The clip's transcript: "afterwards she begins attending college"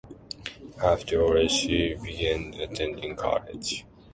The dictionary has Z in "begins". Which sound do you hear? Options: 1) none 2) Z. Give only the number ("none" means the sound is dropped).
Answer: 1